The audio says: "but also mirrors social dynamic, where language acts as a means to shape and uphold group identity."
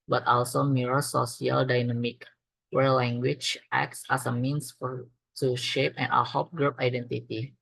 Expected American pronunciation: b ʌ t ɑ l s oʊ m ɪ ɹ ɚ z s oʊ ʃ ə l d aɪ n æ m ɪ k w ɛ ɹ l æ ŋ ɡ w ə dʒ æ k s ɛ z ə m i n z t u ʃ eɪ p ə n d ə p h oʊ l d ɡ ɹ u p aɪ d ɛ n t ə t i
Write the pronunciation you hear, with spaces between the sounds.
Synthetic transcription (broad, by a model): b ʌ t ɑ l s oʊ m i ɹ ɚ s oʊ s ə l d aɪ n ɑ m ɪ k w ɛ ɹ l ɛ ŋ ɡ w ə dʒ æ k s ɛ s ə m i n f t u ʃ eɪ p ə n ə h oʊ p ɡ ɹ u p aɪ d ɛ n t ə t i